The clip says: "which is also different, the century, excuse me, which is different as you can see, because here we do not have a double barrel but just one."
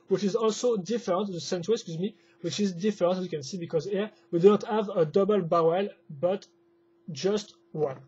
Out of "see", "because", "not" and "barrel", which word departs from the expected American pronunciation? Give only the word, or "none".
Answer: barrel